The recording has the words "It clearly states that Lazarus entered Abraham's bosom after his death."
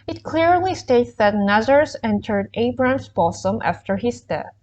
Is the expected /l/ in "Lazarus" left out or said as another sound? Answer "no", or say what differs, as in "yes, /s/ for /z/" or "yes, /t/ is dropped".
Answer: yes, /n/ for /l/